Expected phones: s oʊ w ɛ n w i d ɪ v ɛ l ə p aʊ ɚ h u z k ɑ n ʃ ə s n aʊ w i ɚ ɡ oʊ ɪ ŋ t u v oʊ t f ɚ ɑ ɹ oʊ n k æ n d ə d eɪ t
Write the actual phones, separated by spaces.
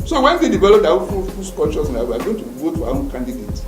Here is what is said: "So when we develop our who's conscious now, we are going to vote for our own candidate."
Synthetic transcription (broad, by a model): s oʊ w ɛ n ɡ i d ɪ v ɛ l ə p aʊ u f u s k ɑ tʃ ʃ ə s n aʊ w i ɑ ɡ oʊ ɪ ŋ t u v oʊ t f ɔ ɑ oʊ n k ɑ n d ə d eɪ t